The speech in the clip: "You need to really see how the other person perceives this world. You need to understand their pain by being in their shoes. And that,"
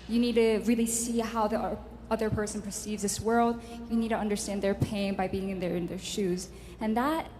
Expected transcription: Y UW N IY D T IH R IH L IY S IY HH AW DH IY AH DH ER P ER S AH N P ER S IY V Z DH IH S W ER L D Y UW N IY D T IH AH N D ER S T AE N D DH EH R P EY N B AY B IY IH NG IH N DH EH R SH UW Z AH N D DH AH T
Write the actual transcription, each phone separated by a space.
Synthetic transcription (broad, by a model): Y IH N IY D T IH R IH L IY S IY HH AW DH IY AH DH ER P ER S AH N P ER S IY V Z DH IH S W ER L D Y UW N IY D T IH AH N D ER S T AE N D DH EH R P EY N B AY B IY IH NG IH N DH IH R SH UW Z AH N DH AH T